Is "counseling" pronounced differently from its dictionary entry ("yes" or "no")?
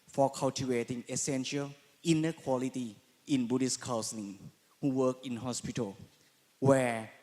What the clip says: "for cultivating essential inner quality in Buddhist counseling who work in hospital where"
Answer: yes